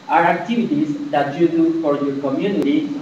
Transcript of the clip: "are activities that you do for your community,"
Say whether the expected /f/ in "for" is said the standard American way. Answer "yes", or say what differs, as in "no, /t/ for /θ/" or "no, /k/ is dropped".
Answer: no, /p/ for /f/